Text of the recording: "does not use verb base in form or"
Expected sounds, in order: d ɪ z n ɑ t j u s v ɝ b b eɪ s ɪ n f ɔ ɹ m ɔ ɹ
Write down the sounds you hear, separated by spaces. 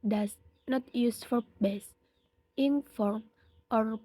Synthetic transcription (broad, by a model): d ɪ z n ɑ t j u s f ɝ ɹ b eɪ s ɪ n f ɔ ɹ m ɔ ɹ